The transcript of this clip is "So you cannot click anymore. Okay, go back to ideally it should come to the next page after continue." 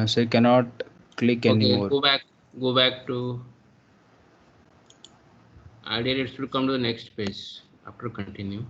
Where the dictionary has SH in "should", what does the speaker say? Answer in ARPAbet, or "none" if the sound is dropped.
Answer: S